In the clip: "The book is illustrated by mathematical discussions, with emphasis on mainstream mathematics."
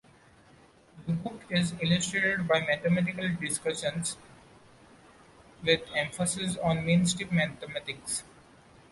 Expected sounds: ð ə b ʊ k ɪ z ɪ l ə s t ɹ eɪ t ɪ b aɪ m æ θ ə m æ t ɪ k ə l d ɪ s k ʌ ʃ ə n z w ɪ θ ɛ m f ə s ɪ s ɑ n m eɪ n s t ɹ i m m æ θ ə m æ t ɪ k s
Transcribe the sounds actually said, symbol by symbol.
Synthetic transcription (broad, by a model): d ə b ʊ k ɪ z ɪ l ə s t ɹ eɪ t b aɪ m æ t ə m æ t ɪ k ə l d ɪ s k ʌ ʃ ə n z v ɪ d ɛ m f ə s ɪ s ɑ n m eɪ n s t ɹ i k m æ t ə m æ t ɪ k s